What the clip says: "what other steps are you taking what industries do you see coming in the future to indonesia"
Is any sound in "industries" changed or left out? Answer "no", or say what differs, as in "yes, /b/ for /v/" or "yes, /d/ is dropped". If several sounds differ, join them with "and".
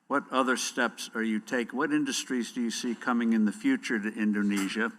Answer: no